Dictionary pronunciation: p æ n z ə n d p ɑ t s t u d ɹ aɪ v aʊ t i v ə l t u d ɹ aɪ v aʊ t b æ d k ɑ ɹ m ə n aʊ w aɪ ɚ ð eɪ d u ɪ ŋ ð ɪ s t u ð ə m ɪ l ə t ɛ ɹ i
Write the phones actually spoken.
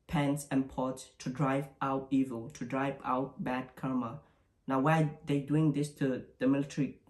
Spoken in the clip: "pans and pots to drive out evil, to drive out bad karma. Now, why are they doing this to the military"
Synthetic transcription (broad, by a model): p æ n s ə n p ɑ t s t u d ɹ aɪ v aʊ t i v ə l t u d ɹ aɪ v aʊ t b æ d k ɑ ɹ m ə n aʊ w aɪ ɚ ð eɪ d u ɪ ŋ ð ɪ s t u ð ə m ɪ l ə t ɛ ɹ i